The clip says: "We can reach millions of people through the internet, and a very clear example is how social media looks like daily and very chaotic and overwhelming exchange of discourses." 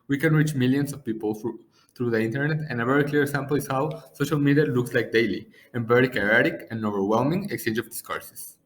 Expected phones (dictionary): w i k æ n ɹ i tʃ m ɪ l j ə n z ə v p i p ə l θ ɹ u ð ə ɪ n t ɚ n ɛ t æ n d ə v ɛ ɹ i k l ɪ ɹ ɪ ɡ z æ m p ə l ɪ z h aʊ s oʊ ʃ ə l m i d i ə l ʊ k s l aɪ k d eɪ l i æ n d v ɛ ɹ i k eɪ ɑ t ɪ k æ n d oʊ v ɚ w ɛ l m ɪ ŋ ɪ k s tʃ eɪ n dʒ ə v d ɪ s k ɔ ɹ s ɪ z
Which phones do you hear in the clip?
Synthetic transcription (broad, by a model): w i k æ n ɹ i tʃ m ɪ l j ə n s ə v p i p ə l θ ɹ u ð ə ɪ n t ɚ n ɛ t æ n ə v ɛ ɹ i k l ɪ ɹ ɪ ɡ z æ m p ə l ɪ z h aʊ s oʊ ʃ ə l m i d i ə l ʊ k s l aɪ k d eɪ l i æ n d v ɛ ɹ i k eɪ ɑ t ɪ k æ n oʊ v ɚ w ɛ l m ɪ ŋ ɪ k s tʃ eɪ n dʒ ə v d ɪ s k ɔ ɹ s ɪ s